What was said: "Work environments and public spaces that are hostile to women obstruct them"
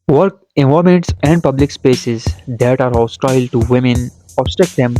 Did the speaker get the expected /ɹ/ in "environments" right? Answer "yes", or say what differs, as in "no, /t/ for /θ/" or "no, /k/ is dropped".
no, /ɹ/ is dropped